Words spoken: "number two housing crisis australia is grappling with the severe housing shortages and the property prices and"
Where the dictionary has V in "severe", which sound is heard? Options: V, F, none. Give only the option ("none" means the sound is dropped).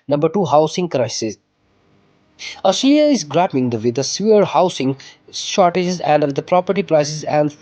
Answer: none